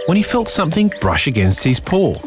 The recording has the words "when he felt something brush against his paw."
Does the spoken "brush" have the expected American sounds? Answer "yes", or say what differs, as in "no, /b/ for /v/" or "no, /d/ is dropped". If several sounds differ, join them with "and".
yes